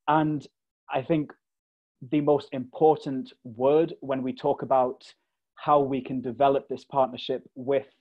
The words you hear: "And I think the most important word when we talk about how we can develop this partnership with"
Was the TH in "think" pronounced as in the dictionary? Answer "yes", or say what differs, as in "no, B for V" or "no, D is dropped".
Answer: yes